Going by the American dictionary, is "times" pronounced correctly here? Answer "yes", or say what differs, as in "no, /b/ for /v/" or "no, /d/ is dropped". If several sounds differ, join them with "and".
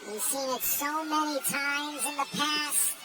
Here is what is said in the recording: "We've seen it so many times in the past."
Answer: yes